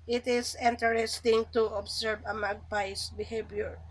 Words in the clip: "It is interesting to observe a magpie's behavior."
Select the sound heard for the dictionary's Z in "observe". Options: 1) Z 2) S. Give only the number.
2